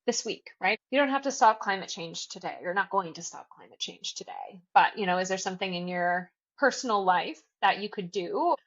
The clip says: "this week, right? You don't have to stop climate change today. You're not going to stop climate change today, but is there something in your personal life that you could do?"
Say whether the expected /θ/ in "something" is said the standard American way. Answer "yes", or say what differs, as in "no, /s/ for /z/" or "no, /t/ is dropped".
yes